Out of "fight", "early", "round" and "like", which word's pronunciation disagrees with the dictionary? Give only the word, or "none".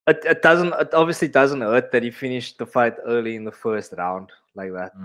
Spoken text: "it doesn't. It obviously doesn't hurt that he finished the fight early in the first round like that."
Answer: none